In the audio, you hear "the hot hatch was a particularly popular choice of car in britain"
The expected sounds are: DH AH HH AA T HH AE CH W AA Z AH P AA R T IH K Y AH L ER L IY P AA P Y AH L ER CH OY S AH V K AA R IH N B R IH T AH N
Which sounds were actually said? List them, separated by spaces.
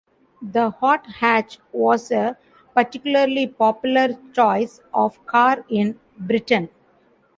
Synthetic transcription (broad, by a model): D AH HH AA T HH AE CH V AA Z AH P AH R T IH K Y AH L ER L IY P AA P Y AH L ER CH OY S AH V K AA R IH N B R IH T AH N